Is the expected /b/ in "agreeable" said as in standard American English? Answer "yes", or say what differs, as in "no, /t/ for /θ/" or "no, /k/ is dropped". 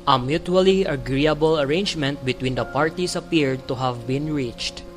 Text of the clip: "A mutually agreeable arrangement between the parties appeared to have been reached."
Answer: yes